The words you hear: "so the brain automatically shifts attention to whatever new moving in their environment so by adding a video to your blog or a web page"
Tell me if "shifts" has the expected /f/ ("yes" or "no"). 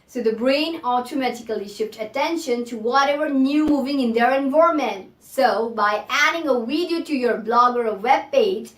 no